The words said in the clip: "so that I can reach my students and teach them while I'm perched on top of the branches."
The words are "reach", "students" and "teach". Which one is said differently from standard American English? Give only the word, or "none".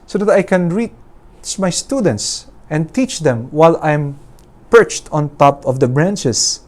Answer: reach